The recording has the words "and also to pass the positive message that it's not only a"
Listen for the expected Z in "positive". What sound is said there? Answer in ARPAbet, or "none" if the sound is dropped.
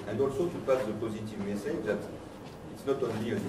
Z